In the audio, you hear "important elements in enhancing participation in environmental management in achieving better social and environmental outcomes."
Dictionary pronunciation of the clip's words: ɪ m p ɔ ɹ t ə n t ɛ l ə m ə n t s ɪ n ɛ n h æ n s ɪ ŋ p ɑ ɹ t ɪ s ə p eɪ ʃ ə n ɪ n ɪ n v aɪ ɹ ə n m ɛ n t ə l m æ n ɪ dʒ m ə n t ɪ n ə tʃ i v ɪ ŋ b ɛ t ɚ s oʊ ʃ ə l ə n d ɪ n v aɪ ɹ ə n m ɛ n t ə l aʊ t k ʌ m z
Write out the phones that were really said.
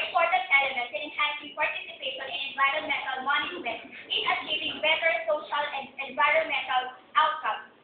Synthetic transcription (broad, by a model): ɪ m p ɔ ɹ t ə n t ɛ l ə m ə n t ɪ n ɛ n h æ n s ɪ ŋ p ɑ ɹ t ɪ s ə p eɪ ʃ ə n ɪ n ɪ n v aɪ ɹ ə n m ɛ n t ə l m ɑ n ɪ m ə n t ɪ n ə tʃ i v ɪ ŋ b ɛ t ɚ s oʊ ʃ ə l ə n d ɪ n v aɪ ɹ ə n m ɛ n t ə l aʊ t k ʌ m